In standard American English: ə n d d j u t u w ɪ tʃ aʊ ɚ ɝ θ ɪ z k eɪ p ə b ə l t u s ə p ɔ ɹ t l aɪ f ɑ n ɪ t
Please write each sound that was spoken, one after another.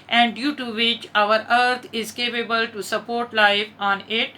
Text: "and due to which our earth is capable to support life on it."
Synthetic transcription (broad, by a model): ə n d d j u t u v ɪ tʃ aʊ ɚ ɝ t ɪ z k eɪ p ə b ə l t u s ə p ɔ ɹ t l aɪ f ɑ n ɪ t